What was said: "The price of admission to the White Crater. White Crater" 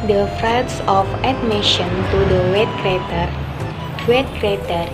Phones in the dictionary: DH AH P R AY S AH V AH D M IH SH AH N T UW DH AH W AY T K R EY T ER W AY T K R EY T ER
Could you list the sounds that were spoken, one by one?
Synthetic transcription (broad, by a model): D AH F R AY S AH F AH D M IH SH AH N T UW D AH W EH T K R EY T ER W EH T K R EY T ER